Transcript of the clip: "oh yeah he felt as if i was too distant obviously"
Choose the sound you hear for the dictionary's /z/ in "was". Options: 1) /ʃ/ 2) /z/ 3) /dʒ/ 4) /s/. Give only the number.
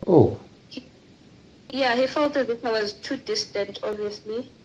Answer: 2